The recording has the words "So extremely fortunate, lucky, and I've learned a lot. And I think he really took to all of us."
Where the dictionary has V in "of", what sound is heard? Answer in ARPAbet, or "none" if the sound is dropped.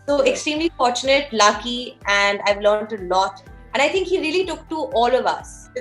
V